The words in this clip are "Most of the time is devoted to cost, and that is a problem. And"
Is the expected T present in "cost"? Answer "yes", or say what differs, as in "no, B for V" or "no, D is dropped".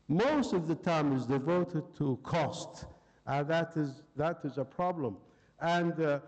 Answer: yes